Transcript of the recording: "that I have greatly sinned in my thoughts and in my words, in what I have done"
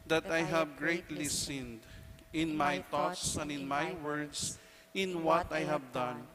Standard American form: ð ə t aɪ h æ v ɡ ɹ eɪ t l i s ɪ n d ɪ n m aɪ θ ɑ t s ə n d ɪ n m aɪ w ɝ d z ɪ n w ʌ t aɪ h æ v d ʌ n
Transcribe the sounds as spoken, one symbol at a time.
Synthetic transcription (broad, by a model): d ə t aɪ h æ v ɡ ɹ eɪ t l i s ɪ n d ɪ n m aɪ t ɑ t s ə n d ɪ n m aɪ w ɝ d s ɪ n w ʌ t aɪ h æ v d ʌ n